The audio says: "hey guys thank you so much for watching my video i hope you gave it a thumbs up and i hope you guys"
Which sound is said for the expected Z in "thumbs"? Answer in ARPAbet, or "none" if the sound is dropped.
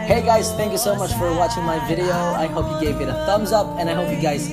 Z